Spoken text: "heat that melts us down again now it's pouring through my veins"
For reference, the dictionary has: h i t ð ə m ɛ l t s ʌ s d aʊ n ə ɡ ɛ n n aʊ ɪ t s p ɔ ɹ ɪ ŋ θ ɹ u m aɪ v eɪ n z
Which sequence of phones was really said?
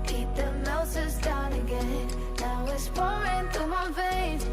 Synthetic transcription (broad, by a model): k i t ð ə m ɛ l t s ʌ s d aʊ n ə ɡ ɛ n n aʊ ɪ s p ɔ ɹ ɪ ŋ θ u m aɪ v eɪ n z